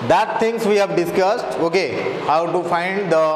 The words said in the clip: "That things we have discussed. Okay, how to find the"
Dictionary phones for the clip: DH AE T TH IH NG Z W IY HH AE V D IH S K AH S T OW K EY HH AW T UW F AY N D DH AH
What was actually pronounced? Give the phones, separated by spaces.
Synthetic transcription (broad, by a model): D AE T T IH NG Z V IY HH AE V D IH S K AH S T OW K EY HH AW T UW F AY N D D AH